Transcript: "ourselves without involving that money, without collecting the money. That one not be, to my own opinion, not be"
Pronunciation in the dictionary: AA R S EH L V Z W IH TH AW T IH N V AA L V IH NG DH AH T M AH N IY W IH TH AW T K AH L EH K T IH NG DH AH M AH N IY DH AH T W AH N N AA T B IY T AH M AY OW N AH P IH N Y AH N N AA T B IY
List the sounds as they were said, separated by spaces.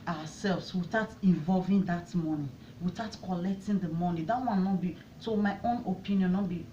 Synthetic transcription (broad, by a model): AA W S EH L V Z W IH S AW T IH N V AA L V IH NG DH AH T M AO N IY W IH T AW T K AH L EH K T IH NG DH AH M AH N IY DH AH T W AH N N AA T B IY S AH M AY OW N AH P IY N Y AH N N AA T B IY